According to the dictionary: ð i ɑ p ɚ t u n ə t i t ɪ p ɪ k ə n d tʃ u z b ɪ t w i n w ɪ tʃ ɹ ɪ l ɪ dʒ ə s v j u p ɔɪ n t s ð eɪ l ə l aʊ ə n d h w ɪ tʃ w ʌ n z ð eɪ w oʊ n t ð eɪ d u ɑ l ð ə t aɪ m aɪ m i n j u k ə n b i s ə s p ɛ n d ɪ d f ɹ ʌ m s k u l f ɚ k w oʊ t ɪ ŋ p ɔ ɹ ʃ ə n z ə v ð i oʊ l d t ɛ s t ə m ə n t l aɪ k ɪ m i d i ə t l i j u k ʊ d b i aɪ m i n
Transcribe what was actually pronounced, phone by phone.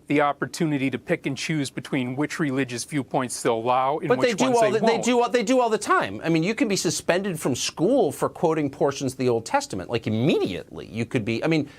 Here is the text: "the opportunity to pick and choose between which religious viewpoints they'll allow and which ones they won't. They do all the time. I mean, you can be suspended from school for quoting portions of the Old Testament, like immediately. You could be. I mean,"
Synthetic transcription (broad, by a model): ð i ɑ p ɚ t u n ə t i t ɪ p ɪ k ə n tʃ u z b ɪ t w i n w ɪ tʃ ɹ ɪ l ɪ dʒ ə s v j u p ɔɪ n t s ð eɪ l ə l aʊ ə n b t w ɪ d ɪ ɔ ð ð eɪ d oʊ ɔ ð eɪ d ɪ ɑ l ð ə t aɪ m aɪ m i n j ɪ k ə n b i s ə s p ɛ n d ɪ d f ɹ ʌ m s k u l f ɚ k w oʊ t ɪ ŋ p ɔ ɹ ʃ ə n z ə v ð i oʊ l d t ɛ s t ə m ə n t l aɪ k ɪ m i d i ə t l i j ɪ k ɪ d b i aɪ m i n